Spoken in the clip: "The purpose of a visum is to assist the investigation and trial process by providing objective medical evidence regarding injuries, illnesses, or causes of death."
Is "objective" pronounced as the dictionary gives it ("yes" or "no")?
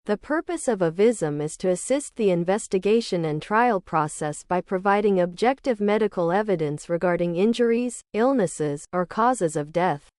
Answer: yes